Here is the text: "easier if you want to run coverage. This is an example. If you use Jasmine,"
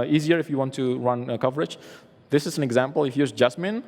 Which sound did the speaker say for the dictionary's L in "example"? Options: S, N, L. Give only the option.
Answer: L